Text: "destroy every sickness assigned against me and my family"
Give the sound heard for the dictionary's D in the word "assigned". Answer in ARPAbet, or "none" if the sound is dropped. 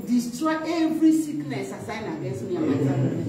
none